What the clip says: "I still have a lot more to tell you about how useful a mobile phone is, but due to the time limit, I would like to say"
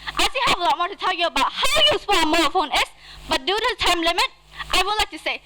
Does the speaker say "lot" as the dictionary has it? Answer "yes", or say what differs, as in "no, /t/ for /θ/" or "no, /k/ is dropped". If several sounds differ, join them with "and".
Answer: yes